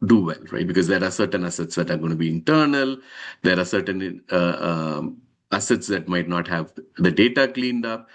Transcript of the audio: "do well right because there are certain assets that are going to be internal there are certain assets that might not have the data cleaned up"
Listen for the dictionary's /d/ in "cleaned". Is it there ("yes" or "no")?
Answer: yes